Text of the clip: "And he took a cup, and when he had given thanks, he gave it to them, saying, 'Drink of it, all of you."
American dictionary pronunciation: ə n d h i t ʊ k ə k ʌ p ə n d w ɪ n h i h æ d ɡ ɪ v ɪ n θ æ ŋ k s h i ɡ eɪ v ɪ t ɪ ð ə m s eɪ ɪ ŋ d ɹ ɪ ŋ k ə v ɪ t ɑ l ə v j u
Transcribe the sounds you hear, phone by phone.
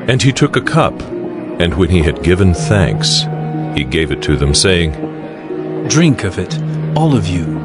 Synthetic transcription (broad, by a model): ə n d i t ʊ k ə k ʌ p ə n w ɪ n i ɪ d ɡ ɪ v ɪ n θ æ ŋ k s h i ɡ eɪ v ɪ t ɪ ð ə m s eɪ ɪ ŋ d ɹ ɪ ŋ k ə v ɪ t ɑ l ə v j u